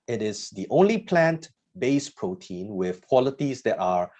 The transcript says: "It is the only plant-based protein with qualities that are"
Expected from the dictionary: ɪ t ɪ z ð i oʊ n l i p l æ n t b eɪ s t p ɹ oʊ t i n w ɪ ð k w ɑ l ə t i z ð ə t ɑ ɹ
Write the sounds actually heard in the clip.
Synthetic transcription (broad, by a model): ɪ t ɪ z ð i oʊ n l i p l æ n t b eɪ s p ɹ oʊ t i n w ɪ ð k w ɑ l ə t i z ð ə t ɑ ɹ